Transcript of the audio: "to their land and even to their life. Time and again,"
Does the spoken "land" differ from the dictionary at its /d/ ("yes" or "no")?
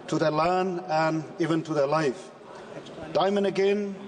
yes